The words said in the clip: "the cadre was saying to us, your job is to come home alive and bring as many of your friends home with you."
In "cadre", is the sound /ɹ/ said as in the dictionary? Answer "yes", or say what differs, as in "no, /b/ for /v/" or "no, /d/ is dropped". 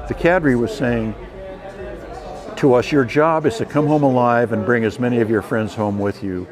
yes